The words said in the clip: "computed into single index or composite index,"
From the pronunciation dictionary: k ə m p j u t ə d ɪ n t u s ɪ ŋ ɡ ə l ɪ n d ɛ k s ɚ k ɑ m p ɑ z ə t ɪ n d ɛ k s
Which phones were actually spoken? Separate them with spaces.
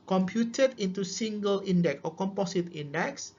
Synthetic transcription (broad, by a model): k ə m p j u t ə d ɪ n t u s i ŋ ɡ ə l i n d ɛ k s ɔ k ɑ m p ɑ s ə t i n d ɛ k s